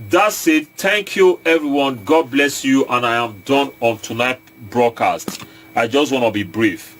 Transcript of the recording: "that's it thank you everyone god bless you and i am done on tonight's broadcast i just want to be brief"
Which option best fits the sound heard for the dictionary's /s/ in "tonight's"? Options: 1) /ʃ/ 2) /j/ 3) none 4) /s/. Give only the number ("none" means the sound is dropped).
3